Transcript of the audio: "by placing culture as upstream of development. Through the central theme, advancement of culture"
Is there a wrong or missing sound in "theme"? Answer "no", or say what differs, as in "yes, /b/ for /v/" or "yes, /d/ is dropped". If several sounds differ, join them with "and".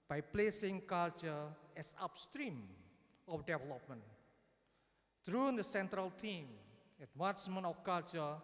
yes, /t/ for /θ/